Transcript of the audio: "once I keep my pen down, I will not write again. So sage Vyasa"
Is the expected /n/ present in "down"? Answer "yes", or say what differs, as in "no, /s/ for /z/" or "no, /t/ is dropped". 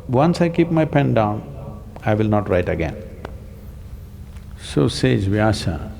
yes